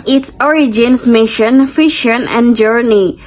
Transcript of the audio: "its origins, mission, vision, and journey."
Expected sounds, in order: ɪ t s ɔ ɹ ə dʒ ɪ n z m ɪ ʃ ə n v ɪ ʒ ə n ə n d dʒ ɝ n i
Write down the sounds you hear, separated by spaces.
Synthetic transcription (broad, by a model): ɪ t s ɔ ɹ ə dʒ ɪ n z m ɪ ʃ ə n f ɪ ʃ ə n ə n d dʒ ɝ n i